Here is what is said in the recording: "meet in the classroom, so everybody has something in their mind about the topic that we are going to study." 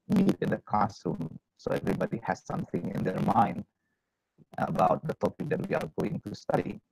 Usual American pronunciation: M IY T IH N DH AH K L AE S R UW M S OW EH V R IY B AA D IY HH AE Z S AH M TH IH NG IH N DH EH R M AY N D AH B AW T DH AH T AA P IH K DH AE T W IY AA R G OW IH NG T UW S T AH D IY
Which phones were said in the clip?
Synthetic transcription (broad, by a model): M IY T IH N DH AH K AA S UW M S OW EH V R IY B AA D IY HH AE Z S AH M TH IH NG IH N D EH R M AY N D AH B AW T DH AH T AA P IH K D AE T W IY AA R G OW IH NG T UW S T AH D IY